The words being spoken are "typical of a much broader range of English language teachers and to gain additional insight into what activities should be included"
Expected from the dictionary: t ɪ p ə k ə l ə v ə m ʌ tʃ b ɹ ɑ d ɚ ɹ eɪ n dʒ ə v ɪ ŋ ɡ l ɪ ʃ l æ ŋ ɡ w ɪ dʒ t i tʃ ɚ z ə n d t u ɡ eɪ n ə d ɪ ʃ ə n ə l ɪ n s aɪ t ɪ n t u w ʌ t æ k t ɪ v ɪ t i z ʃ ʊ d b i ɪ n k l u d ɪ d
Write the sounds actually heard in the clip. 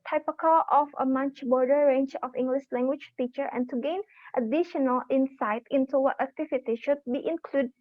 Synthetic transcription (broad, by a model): t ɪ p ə k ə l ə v ə m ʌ tʃ b ɑ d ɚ ɹ eɪ n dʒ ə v ɪ ŋ ɡ l ɪ ʃ l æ ŋ ɡ w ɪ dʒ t i tʃ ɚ ə n t u ɡ eɪ n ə d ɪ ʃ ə n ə l ɪ n s aɪ t ɪ n t u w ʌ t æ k t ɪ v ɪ t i ʃ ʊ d b i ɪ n k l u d d